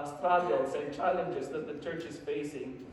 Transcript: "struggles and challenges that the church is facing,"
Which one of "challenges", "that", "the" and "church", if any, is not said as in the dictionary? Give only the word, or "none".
none